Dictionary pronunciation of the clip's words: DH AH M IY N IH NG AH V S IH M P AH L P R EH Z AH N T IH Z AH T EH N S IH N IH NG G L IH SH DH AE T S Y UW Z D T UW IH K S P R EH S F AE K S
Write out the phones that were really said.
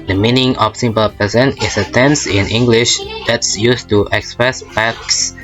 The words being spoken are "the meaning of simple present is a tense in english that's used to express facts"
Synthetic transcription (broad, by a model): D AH M IY N IH NG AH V S IH M P AH L P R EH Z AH N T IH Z AH T EH N S IH N IH NG G L IH SH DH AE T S Y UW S T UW IH K S P R EH S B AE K S